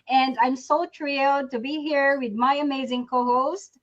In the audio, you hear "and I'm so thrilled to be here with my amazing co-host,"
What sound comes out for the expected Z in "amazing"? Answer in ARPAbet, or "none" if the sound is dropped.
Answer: Z